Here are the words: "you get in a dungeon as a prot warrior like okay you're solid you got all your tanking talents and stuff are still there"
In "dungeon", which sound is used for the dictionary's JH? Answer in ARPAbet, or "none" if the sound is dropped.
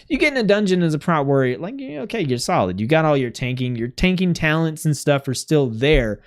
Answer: JH